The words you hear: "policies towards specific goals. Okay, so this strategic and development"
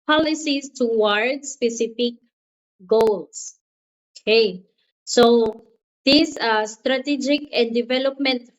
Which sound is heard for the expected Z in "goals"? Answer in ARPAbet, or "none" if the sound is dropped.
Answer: S